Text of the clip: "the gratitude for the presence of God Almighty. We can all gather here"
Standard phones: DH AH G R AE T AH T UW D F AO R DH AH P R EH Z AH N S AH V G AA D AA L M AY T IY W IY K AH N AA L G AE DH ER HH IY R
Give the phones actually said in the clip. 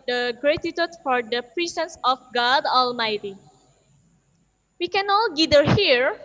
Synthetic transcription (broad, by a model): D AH G R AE T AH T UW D F AO R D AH P R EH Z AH N S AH F G AA D AA L M AY T IY W IY K AH N AA L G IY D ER HH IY R